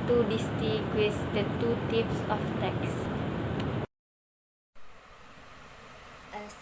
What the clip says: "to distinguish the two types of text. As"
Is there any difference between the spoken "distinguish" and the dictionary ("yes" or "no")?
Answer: yes